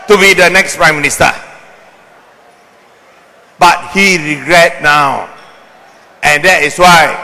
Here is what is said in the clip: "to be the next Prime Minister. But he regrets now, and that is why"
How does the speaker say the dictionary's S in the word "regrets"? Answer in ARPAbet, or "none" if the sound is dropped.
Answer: none